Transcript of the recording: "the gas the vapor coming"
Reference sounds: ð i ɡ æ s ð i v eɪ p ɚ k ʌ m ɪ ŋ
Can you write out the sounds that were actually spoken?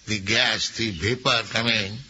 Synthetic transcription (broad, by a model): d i ɡ æ s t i b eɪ p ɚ k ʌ m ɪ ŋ